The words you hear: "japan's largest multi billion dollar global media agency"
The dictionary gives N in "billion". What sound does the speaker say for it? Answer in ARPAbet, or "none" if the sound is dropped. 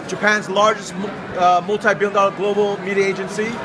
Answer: L